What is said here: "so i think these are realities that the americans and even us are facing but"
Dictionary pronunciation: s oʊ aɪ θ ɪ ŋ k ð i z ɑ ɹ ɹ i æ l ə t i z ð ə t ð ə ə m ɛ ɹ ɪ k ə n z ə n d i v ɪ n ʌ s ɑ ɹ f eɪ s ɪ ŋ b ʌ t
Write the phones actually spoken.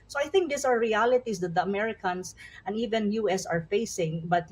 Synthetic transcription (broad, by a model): s oʊ aɪ θ ɪ ŋ k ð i s ɑ ɹ ɹ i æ l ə t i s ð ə t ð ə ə m ɛ ɹ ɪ k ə n s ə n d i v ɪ n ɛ s ɑ ɹ f eɪ s ɪ ŋ b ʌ t